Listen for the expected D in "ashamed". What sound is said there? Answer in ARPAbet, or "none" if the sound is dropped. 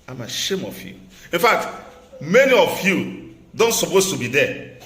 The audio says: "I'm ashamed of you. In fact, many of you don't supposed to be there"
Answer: none